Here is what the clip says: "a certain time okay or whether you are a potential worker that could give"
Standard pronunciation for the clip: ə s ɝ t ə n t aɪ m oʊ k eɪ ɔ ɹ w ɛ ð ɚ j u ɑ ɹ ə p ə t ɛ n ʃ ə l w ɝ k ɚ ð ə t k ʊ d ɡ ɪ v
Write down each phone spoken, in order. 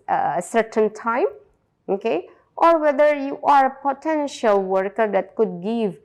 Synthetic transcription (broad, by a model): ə s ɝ t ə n t aɪ m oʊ k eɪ ɔ ɹ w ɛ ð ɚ j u ɑ ɹ ə p ə t ɛ n ʃ ə l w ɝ k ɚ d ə t k ʊ d ɡ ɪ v